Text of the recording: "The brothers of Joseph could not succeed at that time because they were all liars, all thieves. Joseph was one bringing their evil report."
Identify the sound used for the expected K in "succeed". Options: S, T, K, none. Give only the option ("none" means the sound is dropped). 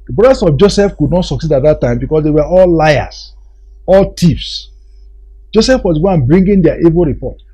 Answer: K